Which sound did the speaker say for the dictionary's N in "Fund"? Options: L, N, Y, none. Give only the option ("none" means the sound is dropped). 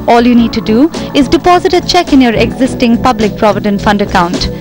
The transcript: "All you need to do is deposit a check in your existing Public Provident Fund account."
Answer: N